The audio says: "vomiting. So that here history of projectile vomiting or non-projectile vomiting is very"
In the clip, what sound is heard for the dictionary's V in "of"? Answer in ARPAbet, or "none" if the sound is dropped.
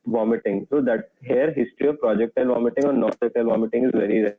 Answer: V